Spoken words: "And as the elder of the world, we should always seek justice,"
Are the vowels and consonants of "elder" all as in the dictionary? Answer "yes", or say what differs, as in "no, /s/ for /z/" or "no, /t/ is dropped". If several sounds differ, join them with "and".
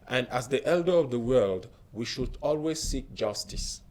yes